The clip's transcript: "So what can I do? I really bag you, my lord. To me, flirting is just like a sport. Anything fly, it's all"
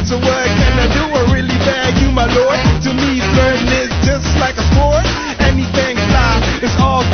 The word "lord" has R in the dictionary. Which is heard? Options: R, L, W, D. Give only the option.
R